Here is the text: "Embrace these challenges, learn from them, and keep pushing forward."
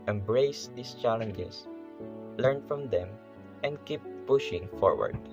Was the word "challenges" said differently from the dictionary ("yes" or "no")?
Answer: yes